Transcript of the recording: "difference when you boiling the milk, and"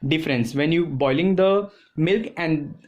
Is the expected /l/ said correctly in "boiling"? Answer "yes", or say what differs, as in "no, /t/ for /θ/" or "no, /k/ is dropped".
yes